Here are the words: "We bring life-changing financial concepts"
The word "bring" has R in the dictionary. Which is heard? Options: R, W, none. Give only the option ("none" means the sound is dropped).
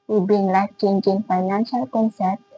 none